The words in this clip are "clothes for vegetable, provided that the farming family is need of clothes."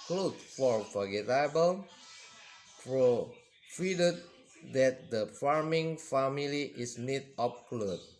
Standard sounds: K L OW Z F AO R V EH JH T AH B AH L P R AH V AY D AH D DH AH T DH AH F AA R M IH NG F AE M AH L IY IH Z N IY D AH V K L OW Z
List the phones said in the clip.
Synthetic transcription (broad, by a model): K L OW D F AO R F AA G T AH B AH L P R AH F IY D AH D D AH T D AH F AA R M IH NG F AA M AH L IY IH S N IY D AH P K L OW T